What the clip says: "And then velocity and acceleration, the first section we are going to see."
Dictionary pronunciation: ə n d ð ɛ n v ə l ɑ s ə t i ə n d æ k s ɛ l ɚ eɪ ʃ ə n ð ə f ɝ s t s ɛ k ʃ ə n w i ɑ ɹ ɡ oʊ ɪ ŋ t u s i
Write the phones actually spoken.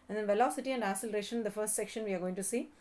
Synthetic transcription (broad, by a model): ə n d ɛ n v ə l ɑ s ə t i ə n d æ s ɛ l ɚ eɪ ʃ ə n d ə f ɝ s t s ɛ k ʃ ə n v i ɑ ɹ ɡ oʊ ɪ ŋ t u s i